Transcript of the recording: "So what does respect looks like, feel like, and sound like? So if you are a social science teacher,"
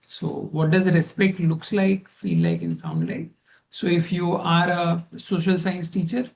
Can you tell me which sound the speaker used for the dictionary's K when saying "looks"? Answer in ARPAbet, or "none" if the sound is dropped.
K